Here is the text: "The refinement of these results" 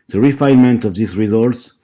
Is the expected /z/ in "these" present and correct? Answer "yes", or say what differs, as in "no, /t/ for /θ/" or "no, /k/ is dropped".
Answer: no, /s/ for /z/